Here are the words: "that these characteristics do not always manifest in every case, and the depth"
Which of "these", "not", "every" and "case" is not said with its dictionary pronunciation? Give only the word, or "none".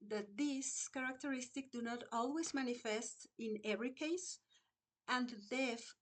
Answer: these